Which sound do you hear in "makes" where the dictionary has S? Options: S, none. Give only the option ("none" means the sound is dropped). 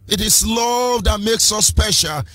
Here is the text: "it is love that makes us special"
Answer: S